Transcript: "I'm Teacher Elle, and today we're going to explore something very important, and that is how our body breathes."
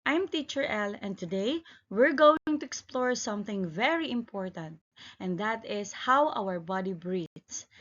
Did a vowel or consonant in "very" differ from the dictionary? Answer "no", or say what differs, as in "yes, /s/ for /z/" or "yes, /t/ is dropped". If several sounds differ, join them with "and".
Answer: no